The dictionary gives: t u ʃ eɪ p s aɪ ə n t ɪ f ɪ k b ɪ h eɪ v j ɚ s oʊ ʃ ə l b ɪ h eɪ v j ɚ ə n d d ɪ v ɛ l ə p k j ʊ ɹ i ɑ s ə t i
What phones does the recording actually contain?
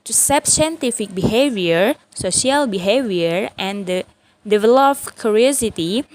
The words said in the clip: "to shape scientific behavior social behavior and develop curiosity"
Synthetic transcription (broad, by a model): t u s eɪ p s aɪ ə n t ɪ f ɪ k b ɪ h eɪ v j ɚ s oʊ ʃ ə l b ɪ h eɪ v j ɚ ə n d d ɪ v ɛ l ə p k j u ɹ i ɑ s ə t i